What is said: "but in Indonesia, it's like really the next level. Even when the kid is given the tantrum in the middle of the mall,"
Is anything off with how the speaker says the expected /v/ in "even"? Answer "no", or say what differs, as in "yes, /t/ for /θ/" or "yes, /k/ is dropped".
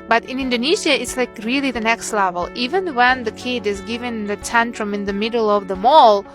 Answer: no